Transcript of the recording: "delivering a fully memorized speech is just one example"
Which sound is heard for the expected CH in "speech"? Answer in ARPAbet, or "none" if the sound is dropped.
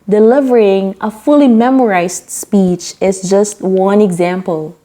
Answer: CH